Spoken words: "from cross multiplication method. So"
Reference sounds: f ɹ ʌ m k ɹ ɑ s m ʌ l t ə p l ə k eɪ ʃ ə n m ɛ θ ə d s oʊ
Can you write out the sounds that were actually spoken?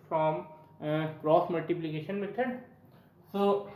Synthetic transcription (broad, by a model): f ɹ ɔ m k ɹ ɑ s m ʌ l t ə p l ə k eɪ ʃ ə n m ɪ t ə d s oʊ